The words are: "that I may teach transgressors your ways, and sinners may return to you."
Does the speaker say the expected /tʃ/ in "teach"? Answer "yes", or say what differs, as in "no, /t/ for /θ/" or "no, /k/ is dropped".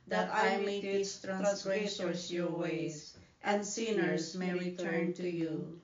no, /s/ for /tʃ/